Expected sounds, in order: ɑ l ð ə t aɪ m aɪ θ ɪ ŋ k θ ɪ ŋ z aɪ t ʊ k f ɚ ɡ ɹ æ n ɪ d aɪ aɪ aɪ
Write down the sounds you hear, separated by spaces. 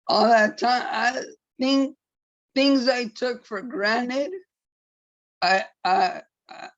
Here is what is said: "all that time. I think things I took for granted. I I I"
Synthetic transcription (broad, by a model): ɑ l ð ə t aɪ m aɪ θ ɪ ŋ k θ ɪ ŋ z aɪ t ʊ k f ɚ ɡ ɹ æ n ɪ d aɪ aɪ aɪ